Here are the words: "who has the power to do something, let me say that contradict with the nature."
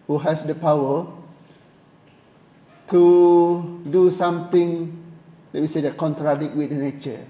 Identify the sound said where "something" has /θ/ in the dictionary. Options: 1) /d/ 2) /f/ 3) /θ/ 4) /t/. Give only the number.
4